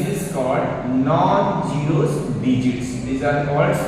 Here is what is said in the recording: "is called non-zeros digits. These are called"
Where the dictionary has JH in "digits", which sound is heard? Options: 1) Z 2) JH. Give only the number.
2